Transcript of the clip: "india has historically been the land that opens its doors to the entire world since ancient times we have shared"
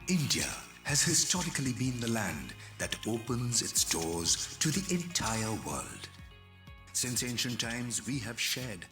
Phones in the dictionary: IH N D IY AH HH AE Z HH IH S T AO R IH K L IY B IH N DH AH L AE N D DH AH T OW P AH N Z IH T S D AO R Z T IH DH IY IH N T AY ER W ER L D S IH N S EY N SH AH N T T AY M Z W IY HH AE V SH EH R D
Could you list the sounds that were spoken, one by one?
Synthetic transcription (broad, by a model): IH N D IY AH HH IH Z HH IH S T AO R IH K L IY B IH N DH AH L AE N DH AH T OW P AH N Z IH T S D AO R Z T IH DH IY IH N T AY ER W ER L D S IH N S EY N SH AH N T T AY M Z W IY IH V SH EH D